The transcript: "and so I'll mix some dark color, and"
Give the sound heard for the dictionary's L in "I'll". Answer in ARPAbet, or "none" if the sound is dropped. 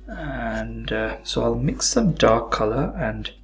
L